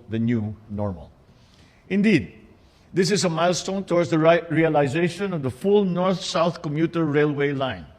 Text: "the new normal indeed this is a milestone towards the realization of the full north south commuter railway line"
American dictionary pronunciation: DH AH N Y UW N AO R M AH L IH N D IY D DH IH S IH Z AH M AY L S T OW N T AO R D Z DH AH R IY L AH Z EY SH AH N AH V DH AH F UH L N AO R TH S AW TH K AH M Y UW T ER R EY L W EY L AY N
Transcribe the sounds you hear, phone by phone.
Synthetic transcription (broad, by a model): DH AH N Y UW N AO R M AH L IH N D IY D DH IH S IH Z AH M AY L S T OW N T AO R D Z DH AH R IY L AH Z EY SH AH N AH V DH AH F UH L N AO R TH S AW TH K AH M Y UW T ER R EY L W EY L AY N